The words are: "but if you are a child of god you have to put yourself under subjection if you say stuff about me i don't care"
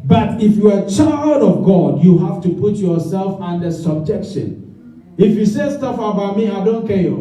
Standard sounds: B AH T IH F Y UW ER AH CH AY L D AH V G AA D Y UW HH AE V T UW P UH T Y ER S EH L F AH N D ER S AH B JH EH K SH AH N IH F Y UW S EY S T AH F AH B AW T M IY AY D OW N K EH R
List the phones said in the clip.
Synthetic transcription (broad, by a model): B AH T IH F Y UW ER AH CH AY L D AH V G AA D Y UW HH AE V T UW P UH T Y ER S EH L F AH N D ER S AH B JH EH K SH AH N IH F Y UW S EY S T AH F AH B AW T M IY AY D OW N K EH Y